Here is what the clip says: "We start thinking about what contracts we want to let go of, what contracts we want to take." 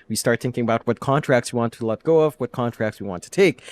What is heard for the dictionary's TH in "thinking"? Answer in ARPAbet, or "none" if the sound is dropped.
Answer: TH